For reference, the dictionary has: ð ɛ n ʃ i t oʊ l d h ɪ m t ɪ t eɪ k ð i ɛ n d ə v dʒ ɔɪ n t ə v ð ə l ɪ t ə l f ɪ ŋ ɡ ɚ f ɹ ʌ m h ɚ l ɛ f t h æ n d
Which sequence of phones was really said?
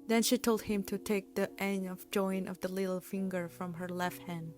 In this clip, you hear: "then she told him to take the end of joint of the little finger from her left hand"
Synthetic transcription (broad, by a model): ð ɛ n ʃ i t oʊ l d h ɪ m t ɪ t eɪ k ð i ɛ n ə v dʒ ɔɪ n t ə v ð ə l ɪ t l f ɪ ŋ ɡ ɚ f ɹ ʌ m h ɚ l ɛ f t h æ n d